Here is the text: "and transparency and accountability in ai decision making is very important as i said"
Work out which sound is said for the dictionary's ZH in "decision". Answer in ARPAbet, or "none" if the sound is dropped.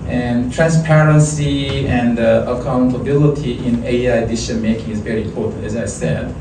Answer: SH